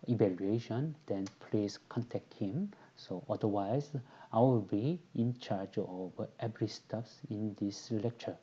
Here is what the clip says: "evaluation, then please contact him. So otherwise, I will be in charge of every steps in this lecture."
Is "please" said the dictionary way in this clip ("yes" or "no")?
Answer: no